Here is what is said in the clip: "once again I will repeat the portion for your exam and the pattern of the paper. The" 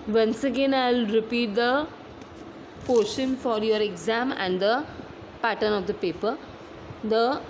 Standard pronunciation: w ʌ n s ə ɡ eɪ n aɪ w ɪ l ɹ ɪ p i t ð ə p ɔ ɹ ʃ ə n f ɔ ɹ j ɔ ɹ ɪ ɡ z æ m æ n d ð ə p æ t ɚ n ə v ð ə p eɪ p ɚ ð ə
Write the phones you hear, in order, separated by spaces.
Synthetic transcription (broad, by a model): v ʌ n s ə ɡ eɪ n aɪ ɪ l ɹ ɪ p i t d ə p ɔ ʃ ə n f ɔ ɹ j ɔ ɹ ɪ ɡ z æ m æ n d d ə p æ t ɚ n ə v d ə p eɪ p ɚ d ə